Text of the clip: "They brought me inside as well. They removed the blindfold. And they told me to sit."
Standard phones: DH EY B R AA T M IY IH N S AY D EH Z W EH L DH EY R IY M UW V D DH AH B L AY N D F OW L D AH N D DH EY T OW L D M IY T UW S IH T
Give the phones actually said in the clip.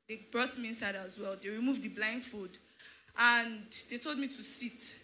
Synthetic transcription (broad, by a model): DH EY B R AA T M IY IH N S AY D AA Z W EH L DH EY R IY M UW V D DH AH B L AY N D F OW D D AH N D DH EY T OW L D M IY T UW S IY T